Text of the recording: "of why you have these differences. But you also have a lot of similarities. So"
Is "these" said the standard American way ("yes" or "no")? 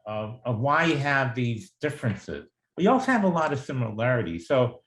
yes